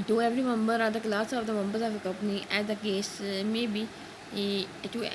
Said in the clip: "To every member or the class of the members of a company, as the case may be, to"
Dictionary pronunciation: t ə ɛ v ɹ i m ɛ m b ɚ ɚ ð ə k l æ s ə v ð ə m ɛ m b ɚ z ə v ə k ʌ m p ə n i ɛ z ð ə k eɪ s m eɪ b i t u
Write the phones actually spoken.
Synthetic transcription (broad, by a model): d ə ɛ v ɹ i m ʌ m b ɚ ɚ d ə k l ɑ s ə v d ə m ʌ m b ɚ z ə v ə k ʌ p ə n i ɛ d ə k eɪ s m eɪ b i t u